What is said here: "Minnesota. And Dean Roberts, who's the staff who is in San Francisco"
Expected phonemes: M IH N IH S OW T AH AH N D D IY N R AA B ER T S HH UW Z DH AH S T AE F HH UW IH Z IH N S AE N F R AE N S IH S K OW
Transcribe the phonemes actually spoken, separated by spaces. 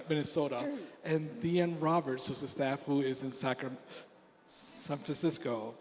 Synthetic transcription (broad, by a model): M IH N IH S OW T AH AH N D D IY N R AA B ER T S HH UW Z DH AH S T AE F HH UW IH Z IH N S AE N F R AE N S IH S K OW